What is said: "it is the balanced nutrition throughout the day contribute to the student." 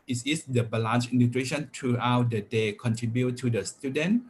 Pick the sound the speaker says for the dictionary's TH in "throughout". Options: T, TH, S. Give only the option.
T